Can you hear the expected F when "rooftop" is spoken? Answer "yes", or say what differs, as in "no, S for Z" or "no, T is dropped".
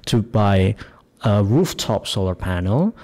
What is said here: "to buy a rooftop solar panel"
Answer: yes